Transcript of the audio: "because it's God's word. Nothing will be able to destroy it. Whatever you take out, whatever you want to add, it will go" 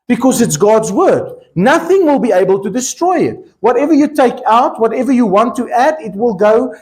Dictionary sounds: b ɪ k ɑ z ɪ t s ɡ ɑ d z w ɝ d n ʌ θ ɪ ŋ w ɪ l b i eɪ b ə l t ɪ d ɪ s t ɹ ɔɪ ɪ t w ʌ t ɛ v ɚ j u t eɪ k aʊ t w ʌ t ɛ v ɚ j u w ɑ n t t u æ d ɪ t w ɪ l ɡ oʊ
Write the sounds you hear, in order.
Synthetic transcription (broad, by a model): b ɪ k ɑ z ɪ t s ɡ ɑ d z w ɝ d n ʌ θ ɪ ŋ w ɪ l b i eɪ b ə l t ɪ d ɪ s t ɹ ɔɪ ɪ t w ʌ t ɛ v ɚ j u t eɪ k aʊ t w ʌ t ɛ v ɚ j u w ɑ n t t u æ d ɪ t w ɪ l ɡ oʊ